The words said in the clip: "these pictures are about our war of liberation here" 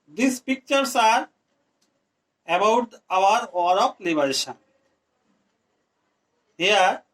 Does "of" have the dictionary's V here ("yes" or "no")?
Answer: no